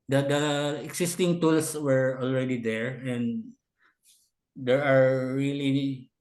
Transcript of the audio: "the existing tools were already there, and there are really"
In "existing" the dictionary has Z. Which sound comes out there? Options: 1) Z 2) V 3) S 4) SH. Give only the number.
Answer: 3